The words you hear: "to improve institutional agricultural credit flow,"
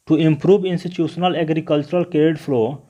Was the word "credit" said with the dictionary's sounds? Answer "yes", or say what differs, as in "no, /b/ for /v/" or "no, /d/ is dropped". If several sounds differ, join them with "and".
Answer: no, /ɹ/ is dropped